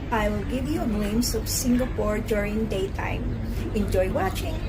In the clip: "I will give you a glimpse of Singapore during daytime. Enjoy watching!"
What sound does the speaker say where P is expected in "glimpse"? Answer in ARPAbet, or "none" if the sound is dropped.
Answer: none